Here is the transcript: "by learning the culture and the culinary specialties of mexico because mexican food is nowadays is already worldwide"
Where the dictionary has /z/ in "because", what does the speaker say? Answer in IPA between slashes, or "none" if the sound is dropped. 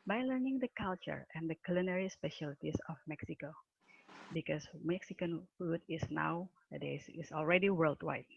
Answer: /s/